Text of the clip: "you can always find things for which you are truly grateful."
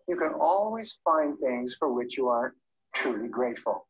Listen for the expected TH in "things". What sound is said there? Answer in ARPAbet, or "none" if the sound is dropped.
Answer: TH